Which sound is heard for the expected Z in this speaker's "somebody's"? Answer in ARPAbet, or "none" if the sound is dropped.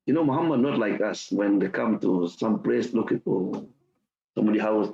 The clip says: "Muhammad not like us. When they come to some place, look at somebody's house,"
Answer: none